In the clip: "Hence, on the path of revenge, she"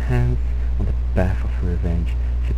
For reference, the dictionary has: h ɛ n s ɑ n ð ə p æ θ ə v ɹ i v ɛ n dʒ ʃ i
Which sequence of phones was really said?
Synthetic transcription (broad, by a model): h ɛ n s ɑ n ð ə b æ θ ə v ɹ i v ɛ n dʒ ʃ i